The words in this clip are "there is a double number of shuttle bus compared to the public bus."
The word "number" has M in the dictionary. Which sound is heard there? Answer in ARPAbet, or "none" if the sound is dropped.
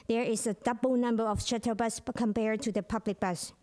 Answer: M